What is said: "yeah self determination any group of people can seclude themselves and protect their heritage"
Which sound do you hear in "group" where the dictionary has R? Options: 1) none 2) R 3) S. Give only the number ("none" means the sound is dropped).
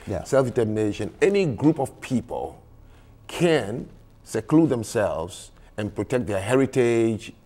2